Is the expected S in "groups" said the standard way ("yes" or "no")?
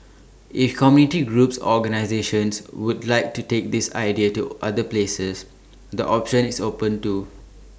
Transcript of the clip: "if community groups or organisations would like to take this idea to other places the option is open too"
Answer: yes